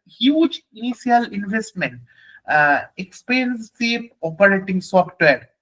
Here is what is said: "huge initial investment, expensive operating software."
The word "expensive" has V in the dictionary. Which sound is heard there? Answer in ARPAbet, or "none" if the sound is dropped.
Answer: P